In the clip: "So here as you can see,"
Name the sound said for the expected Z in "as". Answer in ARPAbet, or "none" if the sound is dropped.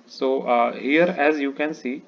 Z